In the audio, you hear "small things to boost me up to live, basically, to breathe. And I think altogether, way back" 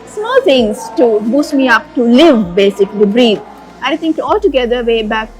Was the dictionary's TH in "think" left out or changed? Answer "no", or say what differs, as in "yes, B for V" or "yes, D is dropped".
yes, T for TH